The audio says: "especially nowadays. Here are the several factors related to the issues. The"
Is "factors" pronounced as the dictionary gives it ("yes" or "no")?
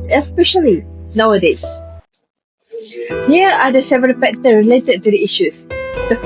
no